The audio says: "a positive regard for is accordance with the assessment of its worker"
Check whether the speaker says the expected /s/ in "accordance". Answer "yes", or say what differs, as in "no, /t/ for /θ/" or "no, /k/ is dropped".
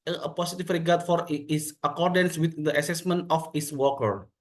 yes